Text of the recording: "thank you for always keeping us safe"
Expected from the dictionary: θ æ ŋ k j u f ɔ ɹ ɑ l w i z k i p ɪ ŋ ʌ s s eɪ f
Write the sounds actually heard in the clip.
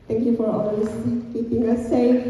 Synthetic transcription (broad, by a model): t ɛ ŋ k j u f ɔ ɹ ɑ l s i k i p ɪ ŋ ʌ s s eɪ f